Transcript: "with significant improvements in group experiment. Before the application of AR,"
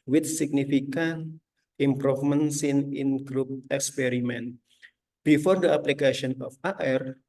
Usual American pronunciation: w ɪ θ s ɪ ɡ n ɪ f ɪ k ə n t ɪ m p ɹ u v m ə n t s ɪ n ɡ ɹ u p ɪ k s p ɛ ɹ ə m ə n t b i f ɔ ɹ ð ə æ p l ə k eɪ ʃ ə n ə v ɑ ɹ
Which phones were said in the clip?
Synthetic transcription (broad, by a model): w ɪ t s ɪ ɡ n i f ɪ k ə n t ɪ m p ɹ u f m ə n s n ɪ n ɡ ɹ u p ɪ k s p ɛ ɹ ə m ə n t b i f ɔ ɹ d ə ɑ p l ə k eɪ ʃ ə n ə f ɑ ɹ